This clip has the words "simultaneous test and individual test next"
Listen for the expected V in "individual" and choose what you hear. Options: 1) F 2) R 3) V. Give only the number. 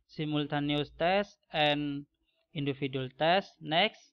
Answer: 1